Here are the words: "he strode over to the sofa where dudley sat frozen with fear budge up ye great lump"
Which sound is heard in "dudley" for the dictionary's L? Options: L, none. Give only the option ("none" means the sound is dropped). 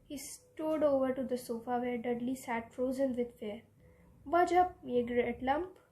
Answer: L